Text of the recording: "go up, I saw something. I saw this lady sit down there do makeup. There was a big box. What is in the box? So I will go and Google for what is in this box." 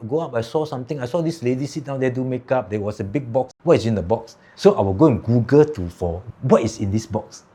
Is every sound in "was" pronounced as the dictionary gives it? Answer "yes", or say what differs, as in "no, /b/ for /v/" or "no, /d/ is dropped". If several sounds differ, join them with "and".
no, /s/ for /z/